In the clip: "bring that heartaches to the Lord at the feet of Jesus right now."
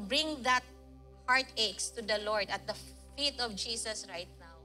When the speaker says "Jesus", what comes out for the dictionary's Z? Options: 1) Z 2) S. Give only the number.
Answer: 2